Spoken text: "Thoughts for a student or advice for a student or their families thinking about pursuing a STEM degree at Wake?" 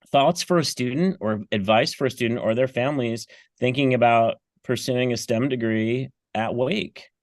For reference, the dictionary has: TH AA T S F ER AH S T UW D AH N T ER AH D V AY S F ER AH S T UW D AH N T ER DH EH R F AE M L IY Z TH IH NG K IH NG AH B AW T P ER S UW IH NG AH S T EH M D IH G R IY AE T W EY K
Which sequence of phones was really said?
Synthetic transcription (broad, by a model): TH AA T S F ER AH S T UW D N T ER AH D V AY S F ER AH S T UW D N T ER DH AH R F AE M L IY Z TH IH NG K IH NG AH B AW T P ER S UW IH NG AH S T EH M D IH G R IY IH T W EY K